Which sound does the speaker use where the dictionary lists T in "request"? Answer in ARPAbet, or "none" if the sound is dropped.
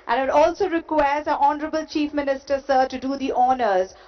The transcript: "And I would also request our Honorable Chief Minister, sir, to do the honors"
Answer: none